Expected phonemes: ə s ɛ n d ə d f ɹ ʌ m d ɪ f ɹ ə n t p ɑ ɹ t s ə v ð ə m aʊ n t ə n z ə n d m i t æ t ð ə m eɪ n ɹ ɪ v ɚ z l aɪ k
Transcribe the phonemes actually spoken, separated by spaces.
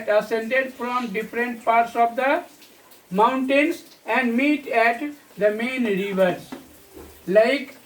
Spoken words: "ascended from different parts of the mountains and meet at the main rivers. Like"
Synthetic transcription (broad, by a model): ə s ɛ n d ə d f ɹ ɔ m d ɪ f ɹ ə n t p ɑ ɹ t s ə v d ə m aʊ n t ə n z ə n d m i t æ t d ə m eɪ n ɹ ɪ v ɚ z l aɪ k